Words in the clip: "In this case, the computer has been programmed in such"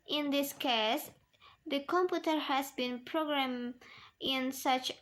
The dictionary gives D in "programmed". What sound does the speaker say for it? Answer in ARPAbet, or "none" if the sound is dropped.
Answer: none